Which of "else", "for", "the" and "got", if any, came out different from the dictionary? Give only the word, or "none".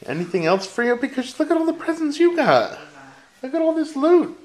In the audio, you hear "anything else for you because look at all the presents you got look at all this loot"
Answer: none